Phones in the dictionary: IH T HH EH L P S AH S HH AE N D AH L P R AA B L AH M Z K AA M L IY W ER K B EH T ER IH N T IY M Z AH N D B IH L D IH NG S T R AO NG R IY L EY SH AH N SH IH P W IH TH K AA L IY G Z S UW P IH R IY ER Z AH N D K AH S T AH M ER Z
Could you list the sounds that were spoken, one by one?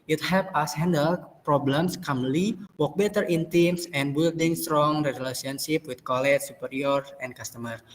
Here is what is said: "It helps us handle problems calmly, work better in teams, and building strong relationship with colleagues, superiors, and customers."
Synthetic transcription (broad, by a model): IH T HH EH P AH S HH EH N D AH L P R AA B L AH M S K AA M L IY W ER K B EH T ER IH N T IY M S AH N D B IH L D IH NG S T R AO NG R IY L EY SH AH N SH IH P W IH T K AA L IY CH S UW P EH R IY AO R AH N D K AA S T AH M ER